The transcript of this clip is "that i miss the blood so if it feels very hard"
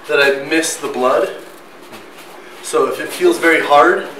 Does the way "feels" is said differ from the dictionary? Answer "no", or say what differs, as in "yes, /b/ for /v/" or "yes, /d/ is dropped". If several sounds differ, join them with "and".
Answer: no